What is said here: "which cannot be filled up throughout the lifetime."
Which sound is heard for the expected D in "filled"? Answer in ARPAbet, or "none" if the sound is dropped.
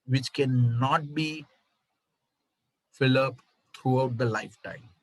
none